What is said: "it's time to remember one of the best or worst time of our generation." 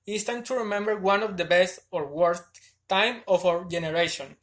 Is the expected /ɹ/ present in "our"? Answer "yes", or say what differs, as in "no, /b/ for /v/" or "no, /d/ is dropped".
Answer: no, /w/ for /ɹ/